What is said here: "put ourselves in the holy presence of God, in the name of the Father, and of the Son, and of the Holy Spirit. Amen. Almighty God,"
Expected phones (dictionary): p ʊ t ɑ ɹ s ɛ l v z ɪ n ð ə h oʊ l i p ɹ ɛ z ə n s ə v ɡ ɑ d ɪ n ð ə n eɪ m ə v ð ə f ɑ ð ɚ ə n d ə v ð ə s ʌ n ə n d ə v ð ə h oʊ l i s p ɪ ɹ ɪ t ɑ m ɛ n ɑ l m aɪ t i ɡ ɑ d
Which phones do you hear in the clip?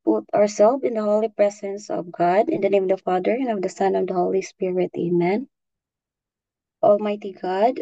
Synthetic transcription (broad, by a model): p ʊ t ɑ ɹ s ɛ l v ɪ n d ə h oʊ l i p ɹ ɛ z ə n s ə v ɡ ɑ d ɪ n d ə n eɪ m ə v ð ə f ɑ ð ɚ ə n ə v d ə s ʌ n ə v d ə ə h oʊ l i s p ɪ ɹ ɪ t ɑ m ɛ n ɑ l m aɪ t i ɡ ɑ d